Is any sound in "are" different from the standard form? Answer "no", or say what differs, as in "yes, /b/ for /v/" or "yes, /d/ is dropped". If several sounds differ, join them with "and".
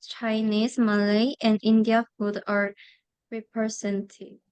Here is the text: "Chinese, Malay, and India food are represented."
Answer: no